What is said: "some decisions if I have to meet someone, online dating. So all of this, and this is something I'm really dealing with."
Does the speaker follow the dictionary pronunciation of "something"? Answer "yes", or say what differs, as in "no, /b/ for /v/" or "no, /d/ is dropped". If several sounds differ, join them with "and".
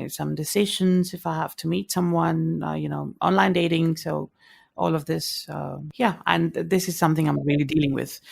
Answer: yes